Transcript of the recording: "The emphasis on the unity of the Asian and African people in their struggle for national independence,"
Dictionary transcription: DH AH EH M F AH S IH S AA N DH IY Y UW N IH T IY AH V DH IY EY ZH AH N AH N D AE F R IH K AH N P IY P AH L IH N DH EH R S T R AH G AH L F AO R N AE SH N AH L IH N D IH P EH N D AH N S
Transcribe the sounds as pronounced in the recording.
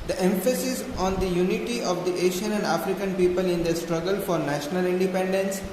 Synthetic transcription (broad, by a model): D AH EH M F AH S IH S AA N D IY Y UW N IH T IY AH V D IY EY SH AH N AH N D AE F R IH K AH N P IY P AH L IH N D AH S T R AH G AH L F AO R N AE SH N AH L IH N D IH P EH N D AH N S